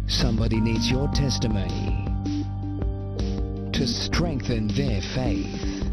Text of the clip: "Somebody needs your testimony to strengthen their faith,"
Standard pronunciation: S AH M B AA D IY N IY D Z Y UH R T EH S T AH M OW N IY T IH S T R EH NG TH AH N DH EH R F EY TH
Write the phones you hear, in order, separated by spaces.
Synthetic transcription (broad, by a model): S AH M B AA D IY N IY D Z Y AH R T EH S T AH M OW N IY T IH S T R EH NG TH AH N DH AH R F EY TH